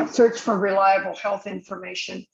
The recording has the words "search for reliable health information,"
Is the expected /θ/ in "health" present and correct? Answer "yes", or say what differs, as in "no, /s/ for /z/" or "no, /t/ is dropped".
yes